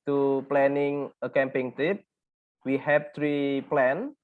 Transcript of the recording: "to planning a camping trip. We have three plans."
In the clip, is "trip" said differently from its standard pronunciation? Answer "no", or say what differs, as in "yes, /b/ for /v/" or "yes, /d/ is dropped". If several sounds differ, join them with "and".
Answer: yes, /ɹ/ is dropped